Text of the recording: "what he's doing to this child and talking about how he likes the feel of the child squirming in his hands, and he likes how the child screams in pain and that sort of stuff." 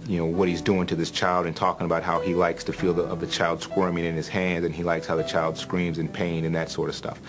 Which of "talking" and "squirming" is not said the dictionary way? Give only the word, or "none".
none